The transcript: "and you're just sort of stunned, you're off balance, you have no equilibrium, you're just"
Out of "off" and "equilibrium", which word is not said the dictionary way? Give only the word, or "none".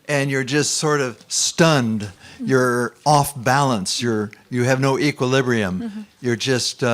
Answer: none